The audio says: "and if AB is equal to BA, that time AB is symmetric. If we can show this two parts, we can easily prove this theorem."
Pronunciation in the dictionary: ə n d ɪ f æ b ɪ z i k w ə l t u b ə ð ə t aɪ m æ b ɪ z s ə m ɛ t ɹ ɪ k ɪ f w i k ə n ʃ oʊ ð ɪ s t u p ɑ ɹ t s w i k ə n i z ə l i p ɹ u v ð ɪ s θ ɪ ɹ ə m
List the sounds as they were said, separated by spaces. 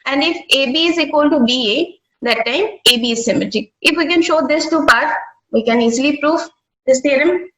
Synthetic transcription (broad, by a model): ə n d ɪ f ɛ b ɪ z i k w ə l t u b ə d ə t aɪ m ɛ b ɪ z s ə m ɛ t ɪ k ɪ f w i k ə n ʃ oʊ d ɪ s t u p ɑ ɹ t w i k ə n i z ə l i p ɹ u v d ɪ s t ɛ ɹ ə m